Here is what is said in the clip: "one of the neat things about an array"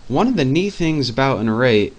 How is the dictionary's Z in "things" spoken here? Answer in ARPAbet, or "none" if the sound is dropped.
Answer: Z